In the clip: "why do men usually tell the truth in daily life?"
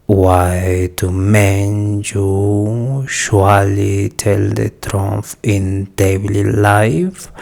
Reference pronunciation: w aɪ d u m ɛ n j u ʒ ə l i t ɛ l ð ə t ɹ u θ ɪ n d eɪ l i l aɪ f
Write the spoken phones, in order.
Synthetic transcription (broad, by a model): w aɪ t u m ɛ n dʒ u ʃ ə l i t ɛ l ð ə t ɹ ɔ f ɪ n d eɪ l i l aɪ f